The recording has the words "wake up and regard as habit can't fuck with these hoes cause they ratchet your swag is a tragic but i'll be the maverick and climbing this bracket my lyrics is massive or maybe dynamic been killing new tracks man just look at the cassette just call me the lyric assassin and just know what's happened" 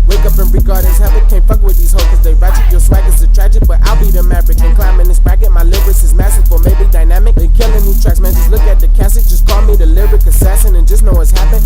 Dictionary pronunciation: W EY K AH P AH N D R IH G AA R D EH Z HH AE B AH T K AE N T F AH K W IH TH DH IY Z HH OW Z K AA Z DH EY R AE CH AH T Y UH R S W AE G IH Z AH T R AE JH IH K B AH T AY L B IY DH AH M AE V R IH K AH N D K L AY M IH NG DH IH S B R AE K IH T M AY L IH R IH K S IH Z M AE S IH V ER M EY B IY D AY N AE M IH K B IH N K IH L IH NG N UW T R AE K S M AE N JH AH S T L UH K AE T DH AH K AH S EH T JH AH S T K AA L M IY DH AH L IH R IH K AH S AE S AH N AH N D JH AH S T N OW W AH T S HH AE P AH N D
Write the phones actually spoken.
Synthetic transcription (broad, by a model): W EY K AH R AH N R IH G AA R D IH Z HH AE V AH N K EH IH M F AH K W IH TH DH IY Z HH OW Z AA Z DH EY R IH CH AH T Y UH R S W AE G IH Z AH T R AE JH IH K B AH T AY L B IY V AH M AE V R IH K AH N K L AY M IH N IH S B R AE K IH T M AY L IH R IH S IH Z M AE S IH F ER M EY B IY D AY N AE M IH K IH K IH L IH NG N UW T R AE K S M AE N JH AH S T L UH K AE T DH AH K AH S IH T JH AH S K AA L M IY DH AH L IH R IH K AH S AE SH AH N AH N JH AH S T N OW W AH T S HH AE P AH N